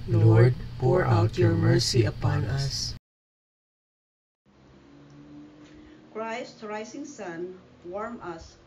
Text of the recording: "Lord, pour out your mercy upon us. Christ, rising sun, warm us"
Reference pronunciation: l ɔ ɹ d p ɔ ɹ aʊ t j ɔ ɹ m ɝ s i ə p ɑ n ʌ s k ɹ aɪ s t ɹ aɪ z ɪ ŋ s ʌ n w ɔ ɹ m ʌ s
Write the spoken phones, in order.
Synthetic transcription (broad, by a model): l ɔ ɹ d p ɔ ɹ aʊ t j ɔ ɹ m ɝ s i ə p ɑ n ʌ s k ɹ aɪ s t ɹ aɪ s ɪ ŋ s ʌ n w ɔ ɹ m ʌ s